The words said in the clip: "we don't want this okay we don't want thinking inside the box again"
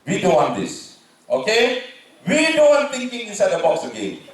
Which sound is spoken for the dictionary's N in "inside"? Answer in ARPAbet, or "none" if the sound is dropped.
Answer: none